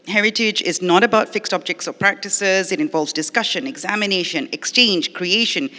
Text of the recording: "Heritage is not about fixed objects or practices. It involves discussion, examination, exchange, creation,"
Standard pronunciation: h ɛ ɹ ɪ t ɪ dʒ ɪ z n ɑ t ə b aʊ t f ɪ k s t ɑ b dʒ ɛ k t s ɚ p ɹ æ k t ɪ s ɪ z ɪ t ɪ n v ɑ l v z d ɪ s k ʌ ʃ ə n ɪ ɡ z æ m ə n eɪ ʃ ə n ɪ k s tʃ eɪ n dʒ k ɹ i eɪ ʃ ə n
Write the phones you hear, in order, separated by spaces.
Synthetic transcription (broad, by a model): h ɛ ɹ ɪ t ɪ dʒ ɪ z n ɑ t ə b aʊ t f ɪ k s t ɑ b dʒ ɛ k t s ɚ p ɹ æ k t ɪ s ɪ z ɪ t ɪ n v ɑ l v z d ɪ s k ʌ ʃ ə n ɪ ɡ z æ m ə n eɪ ʃ ə n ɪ k s tʃ eɪ n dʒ k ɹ i eɪ ʃ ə n